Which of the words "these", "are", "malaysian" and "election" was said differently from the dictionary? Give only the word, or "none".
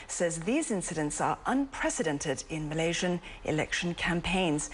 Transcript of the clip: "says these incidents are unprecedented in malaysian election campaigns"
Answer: none